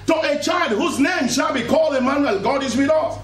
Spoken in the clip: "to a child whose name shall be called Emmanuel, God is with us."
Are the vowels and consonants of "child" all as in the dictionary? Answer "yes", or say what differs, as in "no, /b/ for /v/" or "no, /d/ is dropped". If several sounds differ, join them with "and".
yes